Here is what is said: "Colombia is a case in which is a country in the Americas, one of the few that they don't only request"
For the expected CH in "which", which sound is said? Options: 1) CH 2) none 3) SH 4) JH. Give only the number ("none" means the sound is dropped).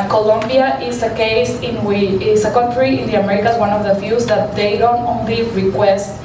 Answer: 2